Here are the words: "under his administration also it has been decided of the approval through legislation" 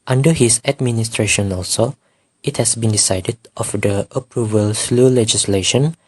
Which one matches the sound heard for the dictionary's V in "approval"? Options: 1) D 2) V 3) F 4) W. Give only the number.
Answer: 2